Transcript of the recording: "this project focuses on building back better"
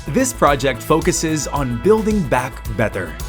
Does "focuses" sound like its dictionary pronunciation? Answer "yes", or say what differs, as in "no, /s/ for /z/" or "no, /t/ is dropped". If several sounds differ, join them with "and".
yes